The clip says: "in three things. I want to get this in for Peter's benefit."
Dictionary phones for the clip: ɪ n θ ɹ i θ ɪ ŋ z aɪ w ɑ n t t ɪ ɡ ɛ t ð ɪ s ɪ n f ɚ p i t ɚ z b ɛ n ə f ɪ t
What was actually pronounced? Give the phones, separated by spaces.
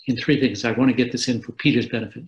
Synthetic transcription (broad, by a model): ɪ n θ ɹ i θ ɪ ŋ z aɪ w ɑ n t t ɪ ɡ ɛ t ð ɪ s ɪ n f ɚ p i t ɚ z b ɛ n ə f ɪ t